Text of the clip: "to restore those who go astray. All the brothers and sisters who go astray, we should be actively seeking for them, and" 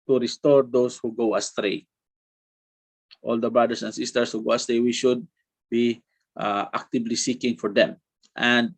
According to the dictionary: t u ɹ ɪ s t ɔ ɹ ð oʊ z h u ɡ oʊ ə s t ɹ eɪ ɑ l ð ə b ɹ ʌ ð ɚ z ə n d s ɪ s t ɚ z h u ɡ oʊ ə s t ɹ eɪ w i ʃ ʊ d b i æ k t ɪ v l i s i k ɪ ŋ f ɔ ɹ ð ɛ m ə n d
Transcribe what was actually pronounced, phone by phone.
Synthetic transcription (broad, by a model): t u ɹ ɪ s t ɔ ɹ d oʊ s h u ɡ oʊ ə s t ɹ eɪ ɑ l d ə b ɹ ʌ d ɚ s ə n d s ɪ s t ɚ s h u ɡ oʊ ə s t ɹ eɪ w i ʃ ʊ d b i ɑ k t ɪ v l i s i k ɪ ŋ f ɔ ɹ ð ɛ m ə n d